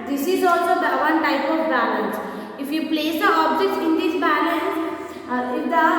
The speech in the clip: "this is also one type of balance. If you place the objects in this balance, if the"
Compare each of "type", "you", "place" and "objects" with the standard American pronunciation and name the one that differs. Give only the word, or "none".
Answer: objects